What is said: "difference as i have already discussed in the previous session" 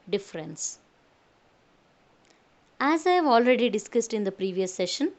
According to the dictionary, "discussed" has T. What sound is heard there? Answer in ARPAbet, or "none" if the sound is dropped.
T